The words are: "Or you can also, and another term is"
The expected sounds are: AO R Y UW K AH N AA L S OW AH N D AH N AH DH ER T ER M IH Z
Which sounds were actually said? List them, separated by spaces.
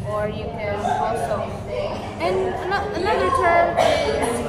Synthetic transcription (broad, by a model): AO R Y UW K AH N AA S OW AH N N AH N AH DH ER T ER M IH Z